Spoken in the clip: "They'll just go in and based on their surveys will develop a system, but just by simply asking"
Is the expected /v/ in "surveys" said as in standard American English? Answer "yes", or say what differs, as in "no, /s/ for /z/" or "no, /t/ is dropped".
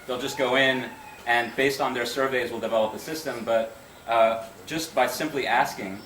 yes